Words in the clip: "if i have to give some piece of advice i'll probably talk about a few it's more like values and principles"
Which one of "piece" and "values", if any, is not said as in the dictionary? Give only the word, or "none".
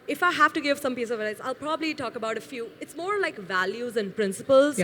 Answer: none